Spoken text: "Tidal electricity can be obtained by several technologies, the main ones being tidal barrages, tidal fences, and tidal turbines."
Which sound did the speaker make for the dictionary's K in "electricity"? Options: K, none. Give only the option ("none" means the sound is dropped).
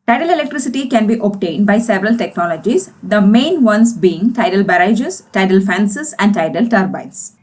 K